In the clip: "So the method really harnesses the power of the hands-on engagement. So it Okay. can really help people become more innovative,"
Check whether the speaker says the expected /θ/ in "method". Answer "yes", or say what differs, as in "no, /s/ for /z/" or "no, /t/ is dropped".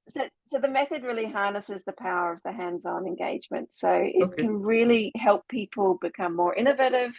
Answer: yes